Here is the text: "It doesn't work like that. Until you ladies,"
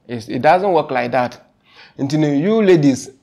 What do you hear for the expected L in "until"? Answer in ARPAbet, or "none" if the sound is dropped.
N